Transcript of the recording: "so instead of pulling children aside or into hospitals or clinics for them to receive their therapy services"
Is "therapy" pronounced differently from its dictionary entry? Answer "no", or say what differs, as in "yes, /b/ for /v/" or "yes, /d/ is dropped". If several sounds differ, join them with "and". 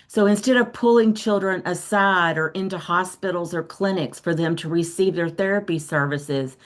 no